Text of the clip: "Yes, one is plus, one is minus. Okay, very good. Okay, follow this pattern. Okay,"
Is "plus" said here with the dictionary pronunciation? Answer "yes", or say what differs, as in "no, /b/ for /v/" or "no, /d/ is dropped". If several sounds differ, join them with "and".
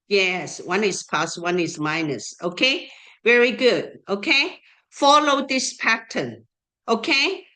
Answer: no, /l/ is dropped